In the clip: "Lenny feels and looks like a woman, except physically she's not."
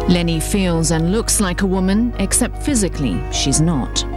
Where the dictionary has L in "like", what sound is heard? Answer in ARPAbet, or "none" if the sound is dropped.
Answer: L